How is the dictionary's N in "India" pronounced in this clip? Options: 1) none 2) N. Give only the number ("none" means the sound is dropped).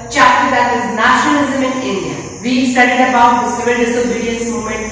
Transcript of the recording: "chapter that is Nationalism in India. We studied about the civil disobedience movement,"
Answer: 1